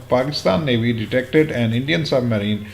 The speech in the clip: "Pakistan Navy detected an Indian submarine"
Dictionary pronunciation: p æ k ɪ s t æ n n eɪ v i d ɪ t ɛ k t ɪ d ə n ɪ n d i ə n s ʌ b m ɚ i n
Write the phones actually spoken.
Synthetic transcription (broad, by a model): p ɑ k ɪ s t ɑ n n eɪ b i d ɪ t ɛ k t ɪ d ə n ɪ n d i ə n s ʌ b m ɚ i n